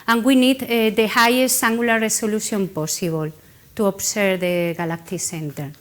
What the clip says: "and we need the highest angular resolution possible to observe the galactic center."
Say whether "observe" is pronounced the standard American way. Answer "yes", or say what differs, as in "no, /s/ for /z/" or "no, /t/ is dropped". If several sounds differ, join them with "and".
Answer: no, /s/ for /z/